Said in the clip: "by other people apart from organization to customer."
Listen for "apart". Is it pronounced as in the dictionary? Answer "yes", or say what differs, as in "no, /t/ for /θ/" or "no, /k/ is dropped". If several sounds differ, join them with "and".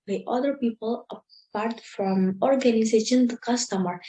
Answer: yes